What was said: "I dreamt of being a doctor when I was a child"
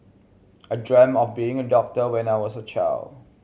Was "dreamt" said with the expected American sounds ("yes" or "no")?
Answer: no